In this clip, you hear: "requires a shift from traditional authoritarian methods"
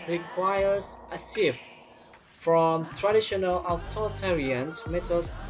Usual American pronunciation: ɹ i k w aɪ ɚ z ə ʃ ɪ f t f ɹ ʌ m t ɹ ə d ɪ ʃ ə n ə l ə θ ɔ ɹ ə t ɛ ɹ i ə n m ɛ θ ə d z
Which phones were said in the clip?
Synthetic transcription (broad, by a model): ɹ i k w aɪ ɚ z ə s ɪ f f ɹ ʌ m t ɹ ə d ɪ ʃ ə n ə l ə t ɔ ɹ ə t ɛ ɹ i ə n m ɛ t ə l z